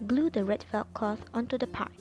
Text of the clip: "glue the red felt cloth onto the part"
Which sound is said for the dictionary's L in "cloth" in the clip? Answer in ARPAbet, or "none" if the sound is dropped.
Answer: none